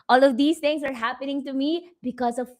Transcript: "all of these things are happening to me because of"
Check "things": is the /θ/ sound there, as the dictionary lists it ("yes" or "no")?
no